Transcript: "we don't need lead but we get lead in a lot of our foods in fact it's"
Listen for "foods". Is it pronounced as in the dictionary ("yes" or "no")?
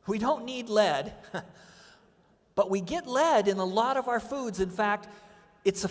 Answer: yes